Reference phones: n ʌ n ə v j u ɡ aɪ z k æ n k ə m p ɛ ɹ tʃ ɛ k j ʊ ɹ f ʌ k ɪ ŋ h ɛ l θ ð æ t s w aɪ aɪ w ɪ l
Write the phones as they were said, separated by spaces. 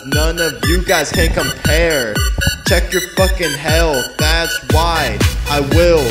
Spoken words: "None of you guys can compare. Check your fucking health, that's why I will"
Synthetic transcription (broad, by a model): n ʌ n ə v j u ɡ aɪ z k æ n k ə m p ɛ ɹ tʃ ɛ k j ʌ ɹ f ʌ k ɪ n h ɛ l ð æ t s w aɪ aɪ w ɪ l